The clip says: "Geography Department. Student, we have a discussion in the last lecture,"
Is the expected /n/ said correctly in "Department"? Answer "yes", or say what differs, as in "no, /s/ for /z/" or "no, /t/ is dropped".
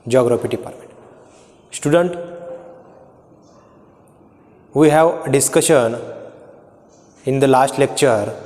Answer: no, /n/ is dropped